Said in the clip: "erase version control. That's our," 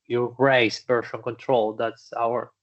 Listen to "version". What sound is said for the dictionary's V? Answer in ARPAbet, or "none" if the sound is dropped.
B